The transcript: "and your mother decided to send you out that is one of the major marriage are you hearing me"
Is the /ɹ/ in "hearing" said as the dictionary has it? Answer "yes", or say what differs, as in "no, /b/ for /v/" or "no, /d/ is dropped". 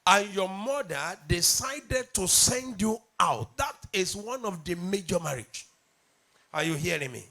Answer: yes